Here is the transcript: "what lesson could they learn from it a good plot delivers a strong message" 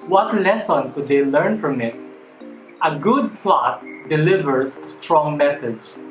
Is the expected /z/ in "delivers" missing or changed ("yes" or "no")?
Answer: yes